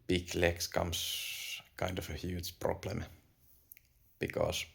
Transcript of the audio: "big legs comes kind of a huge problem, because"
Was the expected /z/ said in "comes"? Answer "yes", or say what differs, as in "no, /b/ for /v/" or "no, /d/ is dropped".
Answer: no, /s/ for /z/